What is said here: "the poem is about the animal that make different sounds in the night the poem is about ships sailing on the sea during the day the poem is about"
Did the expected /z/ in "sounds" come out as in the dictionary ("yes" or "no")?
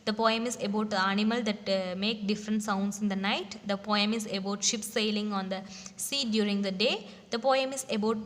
no